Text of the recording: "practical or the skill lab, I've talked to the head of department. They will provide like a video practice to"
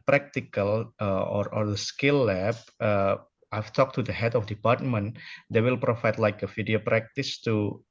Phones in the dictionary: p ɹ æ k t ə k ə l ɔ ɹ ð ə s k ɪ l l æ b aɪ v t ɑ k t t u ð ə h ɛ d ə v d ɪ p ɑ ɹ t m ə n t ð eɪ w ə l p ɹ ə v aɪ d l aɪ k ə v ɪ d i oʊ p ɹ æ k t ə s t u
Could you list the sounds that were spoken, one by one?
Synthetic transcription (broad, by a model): p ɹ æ k t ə k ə l ɔ ɹ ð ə s k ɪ l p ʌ aɪ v t ɑ k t t u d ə h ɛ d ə f d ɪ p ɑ ɹ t m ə n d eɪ w ə l p ɹ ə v aɪ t l aɪ k ə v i d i oʊ p ɹ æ k t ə s t u